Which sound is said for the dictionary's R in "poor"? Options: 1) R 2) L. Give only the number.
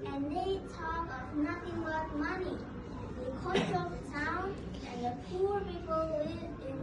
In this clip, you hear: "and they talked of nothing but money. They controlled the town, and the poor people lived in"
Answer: 1